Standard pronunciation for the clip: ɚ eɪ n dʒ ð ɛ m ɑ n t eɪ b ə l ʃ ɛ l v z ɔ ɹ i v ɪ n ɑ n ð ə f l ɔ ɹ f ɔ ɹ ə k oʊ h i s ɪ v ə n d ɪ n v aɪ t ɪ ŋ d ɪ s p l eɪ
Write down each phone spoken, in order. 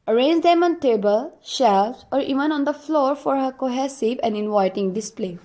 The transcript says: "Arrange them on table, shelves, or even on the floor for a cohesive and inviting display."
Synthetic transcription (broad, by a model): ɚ eɪ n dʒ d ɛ m ɑ n t eɪ b ə l ʃ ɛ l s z ɔ ɹ i v ɪ n ɑ n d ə f l ɔ ɹ f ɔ ɹ ə k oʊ h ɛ s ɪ p ə n d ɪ n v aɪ t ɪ ŋ d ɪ s p l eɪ